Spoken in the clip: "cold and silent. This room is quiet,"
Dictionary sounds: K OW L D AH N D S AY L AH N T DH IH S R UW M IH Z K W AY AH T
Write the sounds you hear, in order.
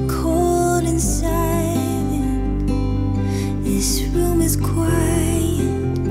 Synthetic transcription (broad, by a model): K OW L D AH N S AY AH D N DH IH S R UW M IH Z K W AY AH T